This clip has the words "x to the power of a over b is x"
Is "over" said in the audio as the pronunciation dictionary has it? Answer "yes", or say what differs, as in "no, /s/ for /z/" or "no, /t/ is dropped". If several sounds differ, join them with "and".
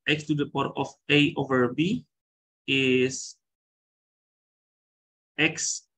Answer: yes